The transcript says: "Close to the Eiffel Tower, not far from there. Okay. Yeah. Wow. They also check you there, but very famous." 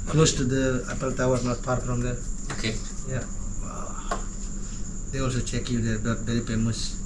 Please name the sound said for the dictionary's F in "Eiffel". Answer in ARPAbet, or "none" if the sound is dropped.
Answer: P